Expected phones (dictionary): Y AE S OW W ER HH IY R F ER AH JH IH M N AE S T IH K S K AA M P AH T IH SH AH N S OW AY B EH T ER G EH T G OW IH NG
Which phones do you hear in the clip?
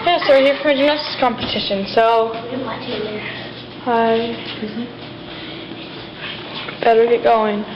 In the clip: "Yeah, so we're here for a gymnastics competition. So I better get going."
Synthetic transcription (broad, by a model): Y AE S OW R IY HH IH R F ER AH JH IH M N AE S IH S K AA M P AH T IH SH AH N S OW AY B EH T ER G EH T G OW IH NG